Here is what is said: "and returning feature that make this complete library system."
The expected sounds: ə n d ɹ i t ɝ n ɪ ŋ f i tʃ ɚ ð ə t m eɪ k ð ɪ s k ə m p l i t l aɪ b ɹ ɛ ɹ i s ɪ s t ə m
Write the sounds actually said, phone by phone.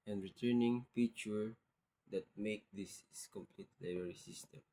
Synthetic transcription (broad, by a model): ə n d ɹ i t ɝ n ɪ ŋ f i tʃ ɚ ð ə t m eɪ k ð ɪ s k ə m p l i t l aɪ ɹ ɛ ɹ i s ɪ s t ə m